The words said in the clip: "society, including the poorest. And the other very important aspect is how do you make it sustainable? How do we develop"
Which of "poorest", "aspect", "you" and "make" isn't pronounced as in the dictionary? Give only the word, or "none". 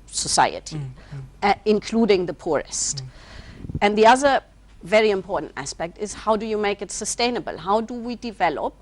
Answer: none